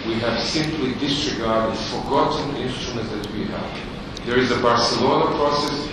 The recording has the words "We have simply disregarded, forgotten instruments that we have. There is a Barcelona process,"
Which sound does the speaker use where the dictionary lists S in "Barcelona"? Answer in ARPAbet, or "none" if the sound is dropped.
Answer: S